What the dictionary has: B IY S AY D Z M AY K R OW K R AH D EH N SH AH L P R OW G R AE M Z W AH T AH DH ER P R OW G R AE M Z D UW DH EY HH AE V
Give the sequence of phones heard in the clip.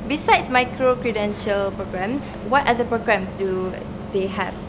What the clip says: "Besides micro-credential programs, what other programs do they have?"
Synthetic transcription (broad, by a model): B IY S AY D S M AY K R OW K R AH D EH N SH AH L P R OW G R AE M S W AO T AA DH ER P R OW G R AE M S D UW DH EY HH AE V